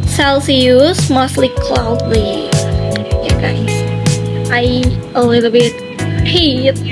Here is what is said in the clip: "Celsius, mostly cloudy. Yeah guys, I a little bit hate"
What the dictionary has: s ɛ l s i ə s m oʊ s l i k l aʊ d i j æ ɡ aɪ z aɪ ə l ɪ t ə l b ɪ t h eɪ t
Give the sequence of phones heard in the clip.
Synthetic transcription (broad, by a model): s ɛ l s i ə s m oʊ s l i k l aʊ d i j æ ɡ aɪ aɪ ə l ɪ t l b ɪ t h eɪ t